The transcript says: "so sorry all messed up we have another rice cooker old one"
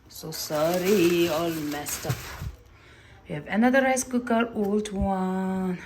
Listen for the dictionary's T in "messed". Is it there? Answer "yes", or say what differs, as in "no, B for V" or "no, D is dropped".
yes